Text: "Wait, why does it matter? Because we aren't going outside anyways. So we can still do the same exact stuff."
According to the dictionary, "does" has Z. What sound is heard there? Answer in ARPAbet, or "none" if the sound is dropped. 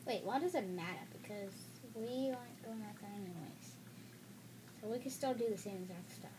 Z